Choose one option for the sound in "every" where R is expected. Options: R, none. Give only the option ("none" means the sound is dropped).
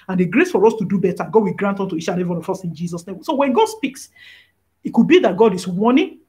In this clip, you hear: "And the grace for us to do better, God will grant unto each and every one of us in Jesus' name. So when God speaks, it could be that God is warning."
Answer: none